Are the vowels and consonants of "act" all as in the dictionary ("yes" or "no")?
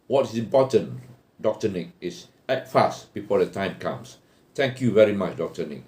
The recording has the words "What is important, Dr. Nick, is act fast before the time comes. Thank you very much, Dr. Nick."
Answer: no